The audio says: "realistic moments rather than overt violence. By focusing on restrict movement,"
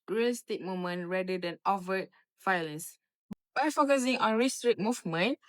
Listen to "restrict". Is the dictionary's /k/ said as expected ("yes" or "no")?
no